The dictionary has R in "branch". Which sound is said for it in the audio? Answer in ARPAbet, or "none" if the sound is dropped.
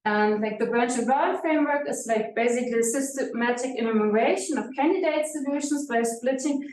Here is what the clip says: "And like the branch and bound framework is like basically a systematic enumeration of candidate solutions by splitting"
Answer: R